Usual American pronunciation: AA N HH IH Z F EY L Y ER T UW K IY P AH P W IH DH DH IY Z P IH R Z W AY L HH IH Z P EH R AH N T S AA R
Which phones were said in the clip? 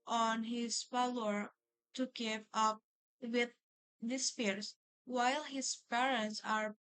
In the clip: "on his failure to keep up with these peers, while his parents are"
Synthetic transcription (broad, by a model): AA N HH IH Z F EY L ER T UW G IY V AH P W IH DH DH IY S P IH R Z W AY L HH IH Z P EH R AH N T S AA R